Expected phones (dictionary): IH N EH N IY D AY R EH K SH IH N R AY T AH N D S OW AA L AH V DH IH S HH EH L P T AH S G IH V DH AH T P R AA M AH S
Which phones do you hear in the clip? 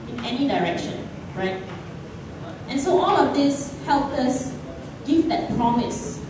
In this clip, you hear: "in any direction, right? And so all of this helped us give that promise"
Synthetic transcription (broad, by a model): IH N EH N IY D AY R EH K SH IH N R AY T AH N S OW AA L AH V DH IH S HH EH L P AH S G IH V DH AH T P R AA M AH S